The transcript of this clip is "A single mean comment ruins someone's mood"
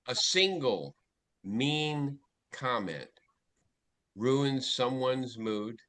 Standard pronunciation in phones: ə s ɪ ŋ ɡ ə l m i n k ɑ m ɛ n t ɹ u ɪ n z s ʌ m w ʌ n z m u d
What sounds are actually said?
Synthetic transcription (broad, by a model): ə s ɪ ŋ ɡ l m i n k ɑ m ɛ n t ɹ u ɪ n z s ʌ m w ʌ n z m u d